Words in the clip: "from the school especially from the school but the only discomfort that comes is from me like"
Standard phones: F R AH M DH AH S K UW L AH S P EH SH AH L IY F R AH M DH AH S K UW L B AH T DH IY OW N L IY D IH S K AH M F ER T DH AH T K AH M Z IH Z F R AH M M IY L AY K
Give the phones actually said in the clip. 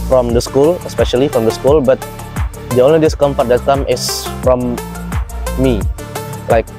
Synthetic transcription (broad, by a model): F R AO M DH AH S K UW L AH S P EH SH AH L IY F R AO M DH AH S K UW L B AH T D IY OW N L IY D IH S K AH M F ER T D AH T K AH M IH S F R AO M M IY L AY K